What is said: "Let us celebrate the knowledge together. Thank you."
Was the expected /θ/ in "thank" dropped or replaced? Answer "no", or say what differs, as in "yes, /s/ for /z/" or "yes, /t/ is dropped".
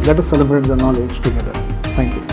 yes, /t/ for /θ/